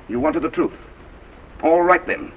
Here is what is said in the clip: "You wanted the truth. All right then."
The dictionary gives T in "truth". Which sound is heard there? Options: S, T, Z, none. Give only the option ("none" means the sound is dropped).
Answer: T